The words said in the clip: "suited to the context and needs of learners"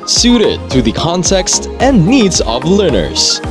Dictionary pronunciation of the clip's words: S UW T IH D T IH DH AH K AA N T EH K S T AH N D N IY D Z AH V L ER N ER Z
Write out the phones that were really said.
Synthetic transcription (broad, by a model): S UW T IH D T IH DH AH K AA N T EH K S T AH N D N IY D Z AH V L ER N ER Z